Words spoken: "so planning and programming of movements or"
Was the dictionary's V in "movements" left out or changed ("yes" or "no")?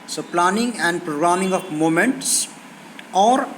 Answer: yes